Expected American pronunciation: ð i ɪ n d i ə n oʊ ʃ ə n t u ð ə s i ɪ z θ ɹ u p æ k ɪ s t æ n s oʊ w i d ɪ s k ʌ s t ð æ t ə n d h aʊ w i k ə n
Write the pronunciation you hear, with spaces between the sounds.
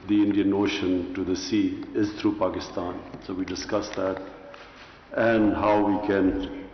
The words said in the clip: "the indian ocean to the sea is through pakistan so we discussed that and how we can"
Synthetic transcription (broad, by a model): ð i ɪ n d i ə n oʊ ʃ ə n t u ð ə s i ɪ z t ɹ u p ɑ k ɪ s t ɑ n s oʊ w i d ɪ s k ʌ s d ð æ t ə n d h aʊ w i k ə n